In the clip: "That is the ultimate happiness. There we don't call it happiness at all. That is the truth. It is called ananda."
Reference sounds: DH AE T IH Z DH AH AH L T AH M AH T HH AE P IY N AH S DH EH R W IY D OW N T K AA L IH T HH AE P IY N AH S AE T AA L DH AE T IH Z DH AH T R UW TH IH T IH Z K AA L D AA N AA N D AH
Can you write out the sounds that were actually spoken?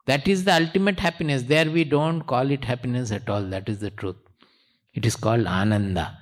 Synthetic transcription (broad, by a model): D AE T IH Z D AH AH L T AH M AH T HH AE P IY N AH S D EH R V IY D OW N T K AA L IH T HH AE P IY N AH S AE T AA L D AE T IH Z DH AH T R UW T IH T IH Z K AA L D AA N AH N D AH